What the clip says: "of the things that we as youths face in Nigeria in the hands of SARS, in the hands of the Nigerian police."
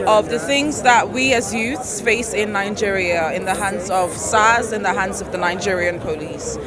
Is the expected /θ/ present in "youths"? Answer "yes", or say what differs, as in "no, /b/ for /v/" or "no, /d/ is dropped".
yes